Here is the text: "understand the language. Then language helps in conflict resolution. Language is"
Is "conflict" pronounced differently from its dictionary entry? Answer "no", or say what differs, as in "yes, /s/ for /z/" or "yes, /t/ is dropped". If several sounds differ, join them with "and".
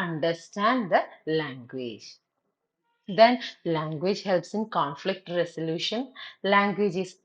no